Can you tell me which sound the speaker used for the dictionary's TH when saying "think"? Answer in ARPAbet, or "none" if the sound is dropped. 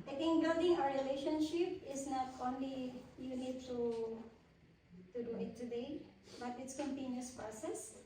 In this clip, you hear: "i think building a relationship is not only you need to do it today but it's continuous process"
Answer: T